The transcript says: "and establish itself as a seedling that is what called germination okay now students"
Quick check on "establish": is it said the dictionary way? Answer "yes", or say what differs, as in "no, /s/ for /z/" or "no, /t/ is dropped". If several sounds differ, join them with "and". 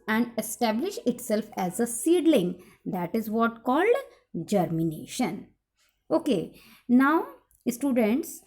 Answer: yes